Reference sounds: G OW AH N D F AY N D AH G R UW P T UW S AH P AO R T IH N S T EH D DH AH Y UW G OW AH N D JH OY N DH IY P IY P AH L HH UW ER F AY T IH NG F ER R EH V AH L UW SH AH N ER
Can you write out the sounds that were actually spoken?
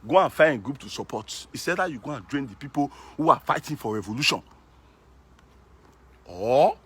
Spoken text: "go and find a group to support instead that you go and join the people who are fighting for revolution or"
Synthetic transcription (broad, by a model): G OW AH N F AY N G R UW P T UW S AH P AO T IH S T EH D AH Y UW G OW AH N JH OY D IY P IY P AH L HH UW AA F AY T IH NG F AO R EH V AH L UW SH AH N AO